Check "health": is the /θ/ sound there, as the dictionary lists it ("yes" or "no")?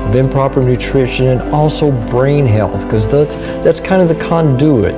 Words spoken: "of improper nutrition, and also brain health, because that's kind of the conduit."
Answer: yes